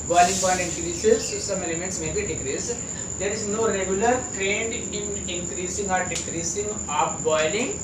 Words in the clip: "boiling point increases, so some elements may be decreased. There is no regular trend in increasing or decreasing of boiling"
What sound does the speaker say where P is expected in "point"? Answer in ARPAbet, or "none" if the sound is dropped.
B